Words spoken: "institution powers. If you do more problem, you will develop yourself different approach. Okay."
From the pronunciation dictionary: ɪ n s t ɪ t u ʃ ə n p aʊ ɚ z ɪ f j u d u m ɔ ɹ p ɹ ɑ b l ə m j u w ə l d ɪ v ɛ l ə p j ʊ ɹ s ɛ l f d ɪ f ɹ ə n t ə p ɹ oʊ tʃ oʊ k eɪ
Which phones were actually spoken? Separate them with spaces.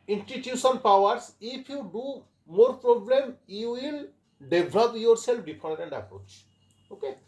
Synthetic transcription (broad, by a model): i n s t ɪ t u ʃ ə n p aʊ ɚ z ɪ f j u d u m ɔ ɹ p ɹ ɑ b l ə m j u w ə l d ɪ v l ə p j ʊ ɹ s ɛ l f d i p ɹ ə n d ə p ɹ oʊ tʃ oʊ k eɪ